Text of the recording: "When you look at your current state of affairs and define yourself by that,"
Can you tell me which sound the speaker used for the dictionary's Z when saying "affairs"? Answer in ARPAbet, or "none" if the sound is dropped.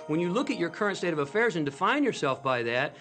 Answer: Z